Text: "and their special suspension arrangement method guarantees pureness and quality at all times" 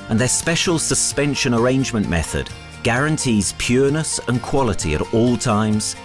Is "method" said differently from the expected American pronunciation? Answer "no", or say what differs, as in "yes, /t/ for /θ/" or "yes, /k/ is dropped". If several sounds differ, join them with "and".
no